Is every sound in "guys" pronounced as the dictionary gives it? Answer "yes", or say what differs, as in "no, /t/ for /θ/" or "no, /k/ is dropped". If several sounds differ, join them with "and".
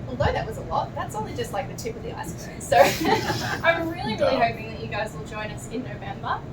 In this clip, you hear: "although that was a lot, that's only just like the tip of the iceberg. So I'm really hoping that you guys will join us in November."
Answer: yes